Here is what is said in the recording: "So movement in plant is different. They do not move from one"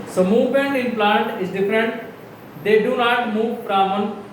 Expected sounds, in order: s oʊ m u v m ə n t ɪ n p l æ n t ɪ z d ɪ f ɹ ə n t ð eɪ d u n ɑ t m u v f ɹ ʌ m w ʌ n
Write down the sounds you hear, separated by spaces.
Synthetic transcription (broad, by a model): s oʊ m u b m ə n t ɪ n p l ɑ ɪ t ɪ z d ɪ f ɹ ə n t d eɪ d u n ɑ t m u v p ɹ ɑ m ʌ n